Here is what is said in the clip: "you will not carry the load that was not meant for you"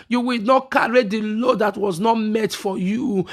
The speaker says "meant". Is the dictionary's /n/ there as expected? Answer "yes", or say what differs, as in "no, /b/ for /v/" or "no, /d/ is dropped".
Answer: no, /n/ is dropped